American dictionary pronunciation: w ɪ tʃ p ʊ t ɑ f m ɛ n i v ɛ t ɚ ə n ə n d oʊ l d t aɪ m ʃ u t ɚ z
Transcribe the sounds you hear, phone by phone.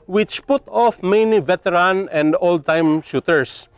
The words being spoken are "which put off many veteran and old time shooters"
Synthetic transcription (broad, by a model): w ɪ tʃ p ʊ t ɑ f m ɛ n i v ɛ t ɚ ə n ə n d oʊ l d t aɪ m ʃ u t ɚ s